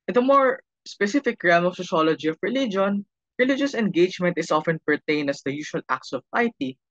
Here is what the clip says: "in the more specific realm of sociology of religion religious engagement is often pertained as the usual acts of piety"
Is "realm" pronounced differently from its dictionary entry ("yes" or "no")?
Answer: yes